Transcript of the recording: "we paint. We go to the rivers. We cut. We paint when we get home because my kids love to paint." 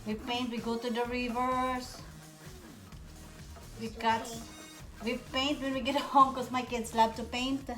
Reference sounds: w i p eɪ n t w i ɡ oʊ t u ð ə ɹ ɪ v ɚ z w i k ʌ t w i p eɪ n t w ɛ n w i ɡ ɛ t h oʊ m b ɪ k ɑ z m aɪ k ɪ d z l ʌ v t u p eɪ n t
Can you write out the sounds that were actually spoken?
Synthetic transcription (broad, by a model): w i p eɪ n t w i ɡ oʊ t u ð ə ɹ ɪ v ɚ s w i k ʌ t w i p eɪ n t w ɛ n w i ɡ ɛ t h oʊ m k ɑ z m aɪ k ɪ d s l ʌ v t u p eɪ n t